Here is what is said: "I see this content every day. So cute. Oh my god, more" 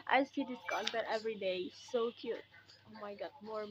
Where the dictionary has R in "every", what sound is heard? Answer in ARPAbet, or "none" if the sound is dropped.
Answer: R